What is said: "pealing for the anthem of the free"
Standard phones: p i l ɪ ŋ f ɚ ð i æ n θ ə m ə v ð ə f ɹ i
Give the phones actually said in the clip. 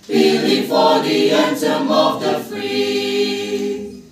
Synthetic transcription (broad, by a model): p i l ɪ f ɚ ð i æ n s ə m ə v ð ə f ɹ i